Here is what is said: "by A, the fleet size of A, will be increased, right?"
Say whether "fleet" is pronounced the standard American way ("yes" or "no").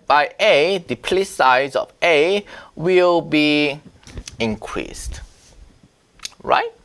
no